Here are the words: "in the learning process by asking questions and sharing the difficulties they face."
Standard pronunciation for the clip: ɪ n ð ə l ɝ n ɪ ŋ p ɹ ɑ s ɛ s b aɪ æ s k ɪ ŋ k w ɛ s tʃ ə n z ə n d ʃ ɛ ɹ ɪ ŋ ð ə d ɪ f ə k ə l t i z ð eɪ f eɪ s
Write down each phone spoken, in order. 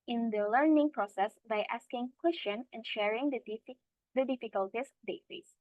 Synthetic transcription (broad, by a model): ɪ n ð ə l ɝ n ɪ ŋ p ɹ ɑ s ɛ s b aɪ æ s k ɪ ŋ k w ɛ s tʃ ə n ə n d ʃ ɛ ɹ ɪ ŋ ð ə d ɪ f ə k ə l t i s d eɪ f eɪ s